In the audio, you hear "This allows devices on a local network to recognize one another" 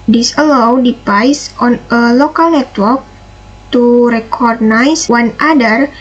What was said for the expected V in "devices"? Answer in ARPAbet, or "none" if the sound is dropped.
P